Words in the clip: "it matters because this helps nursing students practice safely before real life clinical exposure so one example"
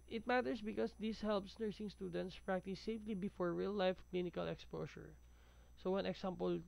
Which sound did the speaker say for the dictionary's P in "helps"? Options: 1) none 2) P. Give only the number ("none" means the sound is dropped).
2